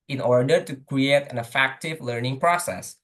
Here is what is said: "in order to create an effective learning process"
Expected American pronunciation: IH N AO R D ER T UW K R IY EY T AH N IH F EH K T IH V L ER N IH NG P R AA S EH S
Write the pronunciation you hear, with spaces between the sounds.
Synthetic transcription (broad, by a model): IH N AO R D ER T UW K R IY EY T AH N IH F EH K T IH V L ER N IH NG P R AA S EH S